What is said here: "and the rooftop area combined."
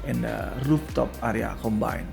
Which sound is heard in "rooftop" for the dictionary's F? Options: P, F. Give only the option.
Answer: P